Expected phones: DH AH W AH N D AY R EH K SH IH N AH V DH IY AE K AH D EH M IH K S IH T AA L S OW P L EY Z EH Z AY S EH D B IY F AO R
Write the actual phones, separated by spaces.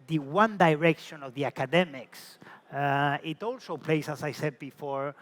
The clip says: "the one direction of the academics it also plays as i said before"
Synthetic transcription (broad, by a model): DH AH W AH N D AY R EH K SH IH N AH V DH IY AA K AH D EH M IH K S IH T AA L S OW P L EY S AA S AY S EH D B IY F AO R